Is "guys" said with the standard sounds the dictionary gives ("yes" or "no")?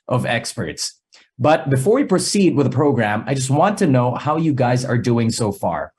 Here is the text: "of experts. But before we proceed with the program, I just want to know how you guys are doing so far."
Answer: yes